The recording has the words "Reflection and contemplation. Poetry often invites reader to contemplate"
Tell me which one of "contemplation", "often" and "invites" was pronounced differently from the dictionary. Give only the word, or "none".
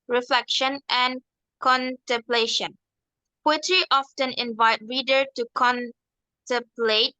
invites